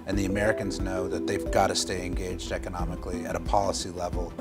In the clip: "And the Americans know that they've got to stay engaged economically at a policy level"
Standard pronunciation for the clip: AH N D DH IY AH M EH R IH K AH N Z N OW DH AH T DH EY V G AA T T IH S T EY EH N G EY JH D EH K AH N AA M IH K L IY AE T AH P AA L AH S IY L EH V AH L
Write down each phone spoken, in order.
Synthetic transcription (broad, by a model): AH N DH IY AH M EH R IH K AH N Z N OW DH AH T DH EY V G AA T T IH S T EY EH N G EY JH D EH K AH N AA M IH K L IY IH T AH P AA L AH S IY L EH V L